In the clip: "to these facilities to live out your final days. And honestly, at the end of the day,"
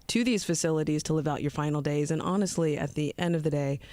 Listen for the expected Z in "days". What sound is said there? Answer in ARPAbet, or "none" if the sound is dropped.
Z